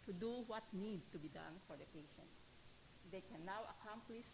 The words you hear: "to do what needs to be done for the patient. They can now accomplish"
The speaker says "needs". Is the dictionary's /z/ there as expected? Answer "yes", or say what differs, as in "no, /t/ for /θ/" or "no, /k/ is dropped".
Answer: no, /z/ is dropped